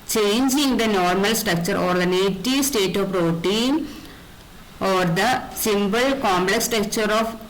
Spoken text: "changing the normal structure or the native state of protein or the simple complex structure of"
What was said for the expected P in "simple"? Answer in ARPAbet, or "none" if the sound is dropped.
B